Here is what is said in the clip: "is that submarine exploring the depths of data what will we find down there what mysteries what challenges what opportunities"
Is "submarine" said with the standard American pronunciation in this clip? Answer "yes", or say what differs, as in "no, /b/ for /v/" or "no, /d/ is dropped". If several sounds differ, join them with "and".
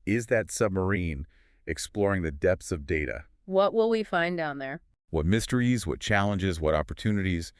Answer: yes